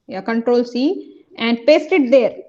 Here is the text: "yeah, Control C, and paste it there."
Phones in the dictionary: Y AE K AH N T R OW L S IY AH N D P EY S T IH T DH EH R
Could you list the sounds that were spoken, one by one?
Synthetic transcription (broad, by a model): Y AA K AH N T R OW L S IY AH N D P EY S T IH T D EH R